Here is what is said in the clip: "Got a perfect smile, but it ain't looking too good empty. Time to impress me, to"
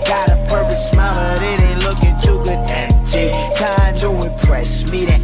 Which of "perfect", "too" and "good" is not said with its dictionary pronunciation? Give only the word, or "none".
perfect